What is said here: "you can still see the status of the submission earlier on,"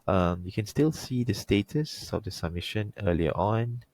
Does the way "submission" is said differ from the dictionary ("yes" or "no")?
no